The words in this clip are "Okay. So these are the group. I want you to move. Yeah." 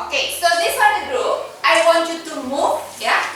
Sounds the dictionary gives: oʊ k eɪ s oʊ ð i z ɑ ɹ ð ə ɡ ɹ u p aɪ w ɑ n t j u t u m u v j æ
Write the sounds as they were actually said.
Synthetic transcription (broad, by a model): oʊ k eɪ s oʊ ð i s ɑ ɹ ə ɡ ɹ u aɪ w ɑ n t j u t u m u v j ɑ